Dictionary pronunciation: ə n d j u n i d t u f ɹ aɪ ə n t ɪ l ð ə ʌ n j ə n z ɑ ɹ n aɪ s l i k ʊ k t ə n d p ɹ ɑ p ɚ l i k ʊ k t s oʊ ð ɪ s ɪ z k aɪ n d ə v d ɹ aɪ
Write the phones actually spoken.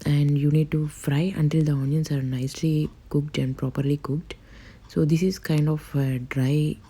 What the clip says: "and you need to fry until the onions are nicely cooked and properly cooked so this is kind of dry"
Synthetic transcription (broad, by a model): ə n d j u n i d t u f ɹ aɪ ə n t ɪ l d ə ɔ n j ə n s ɑ ɹ n aɪ s l i k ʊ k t ə n d p ɹ ɑ p ɚ l i k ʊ k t s oʊ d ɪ s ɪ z k aɪ n d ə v d ɹ aɪ